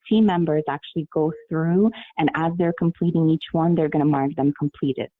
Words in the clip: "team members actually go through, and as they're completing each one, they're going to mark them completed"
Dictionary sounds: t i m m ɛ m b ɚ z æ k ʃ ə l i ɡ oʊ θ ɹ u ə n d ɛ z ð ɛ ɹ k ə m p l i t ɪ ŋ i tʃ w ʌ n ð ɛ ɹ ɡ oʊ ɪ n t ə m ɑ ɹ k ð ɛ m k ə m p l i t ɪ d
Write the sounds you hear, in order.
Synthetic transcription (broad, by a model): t i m m ɛ m b ɚ z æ k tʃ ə l i ɡ oʊ θ ɹ u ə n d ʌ z ð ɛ ɹ k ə m p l i t ɪ ŋ i tʃ w ʌ n ð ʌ ɹ ɡ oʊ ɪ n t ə m ɑ ɹ k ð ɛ m k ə m p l i t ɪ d